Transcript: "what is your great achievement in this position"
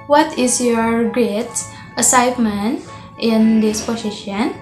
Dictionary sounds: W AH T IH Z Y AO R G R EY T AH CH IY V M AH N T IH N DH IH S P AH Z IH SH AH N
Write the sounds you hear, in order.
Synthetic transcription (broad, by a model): W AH T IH S Y AO R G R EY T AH S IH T M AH N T IH N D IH S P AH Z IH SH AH N